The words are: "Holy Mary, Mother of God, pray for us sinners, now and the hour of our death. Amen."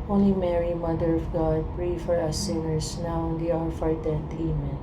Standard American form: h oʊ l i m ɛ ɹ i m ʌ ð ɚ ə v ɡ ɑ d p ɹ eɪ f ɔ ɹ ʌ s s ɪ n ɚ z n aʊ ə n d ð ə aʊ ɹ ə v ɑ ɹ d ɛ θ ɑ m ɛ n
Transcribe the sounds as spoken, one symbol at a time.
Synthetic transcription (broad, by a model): oʊ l i m ɛ ɹ i m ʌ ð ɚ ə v ɡ ɑ d p ɹ eɪ f ɔ ɹ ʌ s s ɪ n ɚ s n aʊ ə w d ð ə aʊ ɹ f ɑ ɹ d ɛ t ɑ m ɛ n